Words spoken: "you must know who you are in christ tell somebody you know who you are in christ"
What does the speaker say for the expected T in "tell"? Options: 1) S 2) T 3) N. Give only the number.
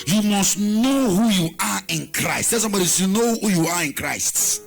1